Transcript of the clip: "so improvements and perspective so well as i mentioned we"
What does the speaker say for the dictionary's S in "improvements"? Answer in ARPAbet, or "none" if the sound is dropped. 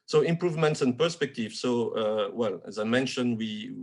S